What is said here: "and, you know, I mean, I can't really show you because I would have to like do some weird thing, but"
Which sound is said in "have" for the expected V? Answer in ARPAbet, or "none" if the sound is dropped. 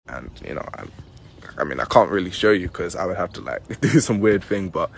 F